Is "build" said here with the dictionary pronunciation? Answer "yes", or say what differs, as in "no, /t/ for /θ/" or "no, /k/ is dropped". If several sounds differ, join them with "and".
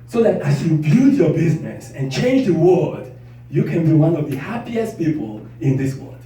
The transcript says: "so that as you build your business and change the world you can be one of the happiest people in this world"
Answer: no, /l/ is dropped